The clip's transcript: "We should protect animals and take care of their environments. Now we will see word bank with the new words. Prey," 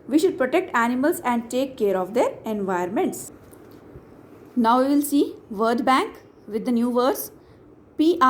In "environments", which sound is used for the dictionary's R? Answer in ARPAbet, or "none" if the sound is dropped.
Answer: none